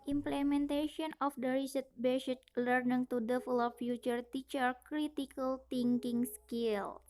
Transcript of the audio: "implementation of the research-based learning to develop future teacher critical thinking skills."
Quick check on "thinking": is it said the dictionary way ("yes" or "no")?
no